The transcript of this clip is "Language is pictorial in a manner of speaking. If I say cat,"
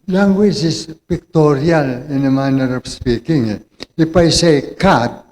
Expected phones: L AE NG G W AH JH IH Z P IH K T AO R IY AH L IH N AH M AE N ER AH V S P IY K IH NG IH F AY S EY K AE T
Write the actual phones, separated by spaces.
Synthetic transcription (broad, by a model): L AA NG G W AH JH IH S P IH K T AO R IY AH L IH N AH M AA N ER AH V S P IY K IH NG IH P AY S EY K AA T